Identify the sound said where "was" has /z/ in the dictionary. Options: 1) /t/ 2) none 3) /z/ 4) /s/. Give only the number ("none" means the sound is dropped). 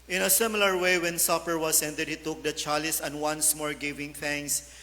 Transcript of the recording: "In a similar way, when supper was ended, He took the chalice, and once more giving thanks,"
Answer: 4